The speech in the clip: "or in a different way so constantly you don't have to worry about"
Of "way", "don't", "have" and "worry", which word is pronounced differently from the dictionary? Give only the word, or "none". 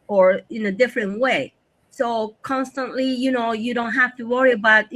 have